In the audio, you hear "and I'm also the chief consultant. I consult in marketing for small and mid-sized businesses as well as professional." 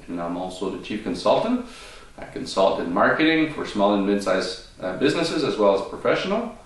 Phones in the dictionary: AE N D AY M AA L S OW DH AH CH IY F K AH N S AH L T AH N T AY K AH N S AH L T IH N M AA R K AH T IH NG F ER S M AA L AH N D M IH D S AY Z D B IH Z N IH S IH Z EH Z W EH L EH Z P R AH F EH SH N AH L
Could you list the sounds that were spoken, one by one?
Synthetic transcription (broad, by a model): N AY M AA L S OW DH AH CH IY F K AH N S AH L T AH N T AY K AH N S AH L T IH N M AA R K AH T IH NG F ER S M AA L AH N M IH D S AY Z B IH Z N IH S IH Z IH Z W EH L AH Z P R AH F EH SH N L